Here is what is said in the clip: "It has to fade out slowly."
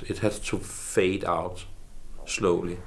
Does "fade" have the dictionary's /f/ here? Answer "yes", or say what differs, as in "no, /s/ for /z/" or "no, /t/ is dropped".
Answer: yes